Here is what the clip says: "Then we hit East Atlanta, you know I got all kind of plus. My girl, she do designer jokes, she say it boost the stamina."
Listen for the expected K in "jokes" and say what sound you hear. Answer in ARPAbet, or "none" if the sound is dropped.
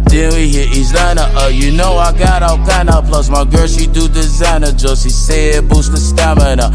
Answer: none